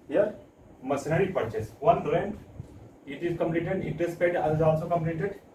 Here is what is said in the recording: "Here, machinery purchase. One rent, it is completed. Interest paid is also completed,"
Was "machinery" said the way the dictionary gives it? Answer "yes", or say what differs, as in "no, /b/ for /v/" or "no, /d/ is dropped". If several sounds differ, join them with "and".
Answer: no, /s/ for /ʃ/